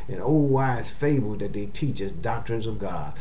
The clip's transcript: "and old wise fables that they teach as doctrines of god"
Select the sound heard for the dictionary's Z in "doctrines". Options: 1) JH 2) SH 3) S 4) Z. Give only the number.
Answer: 4